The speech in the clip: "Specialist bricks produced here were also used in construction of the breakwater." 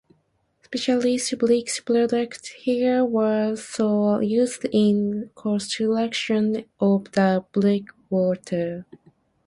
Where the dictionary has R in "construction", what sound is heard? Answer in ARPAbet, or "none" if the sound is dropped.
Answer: L